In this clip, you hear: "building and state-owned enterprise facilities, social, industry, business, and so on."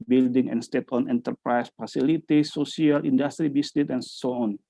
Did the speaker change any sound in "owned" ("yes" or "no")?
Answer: yes